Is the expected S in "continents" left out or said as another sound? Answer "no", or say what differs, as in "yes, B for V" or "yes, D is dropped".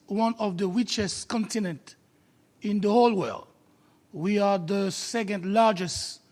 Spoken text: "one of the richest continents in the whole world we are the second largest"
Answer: yes, S is dropped